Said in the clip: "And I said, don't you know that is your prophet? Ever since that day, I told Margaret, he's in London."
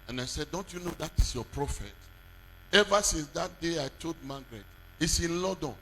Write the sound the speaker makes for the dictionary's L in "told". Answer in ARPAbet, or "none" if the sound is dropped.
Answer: none